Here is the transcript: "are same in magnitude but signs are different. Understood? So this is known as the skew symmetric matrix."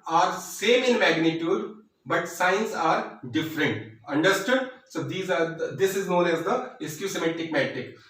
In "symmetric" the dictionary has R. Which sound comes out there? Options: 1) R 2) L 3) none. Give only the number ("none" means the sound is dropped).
3